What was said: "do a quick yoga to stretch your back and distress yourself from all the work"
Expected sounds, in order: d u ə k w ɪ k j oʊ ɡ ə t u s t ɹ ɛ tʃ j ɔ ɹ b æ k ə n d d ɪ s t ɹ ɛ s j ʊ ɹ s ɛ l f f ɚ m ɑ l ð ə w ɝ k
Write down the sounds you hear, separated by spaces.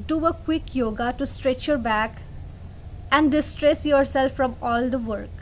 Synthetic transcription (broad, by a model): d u ə k w ɪ k j oʊ ɡ ə t u s t ɹ ɛ tʃ j ɔ ɹ b æ k ə n d d ɪ s t ɹ ɛ s j ʊ ɹ s ɛ l f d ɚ m ɑ l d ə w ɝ k